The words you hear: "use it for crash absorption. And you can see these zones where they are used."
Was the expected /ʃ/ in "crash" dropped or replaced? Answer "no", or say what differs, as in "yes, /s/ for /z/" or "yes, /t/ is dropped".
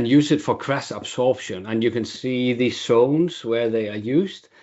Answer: yes, /s/ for /ʃ/